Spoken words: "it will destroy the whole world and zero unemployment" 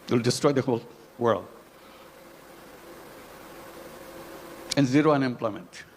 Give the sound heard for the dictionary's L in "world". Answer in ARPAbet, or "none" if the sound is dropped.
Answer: L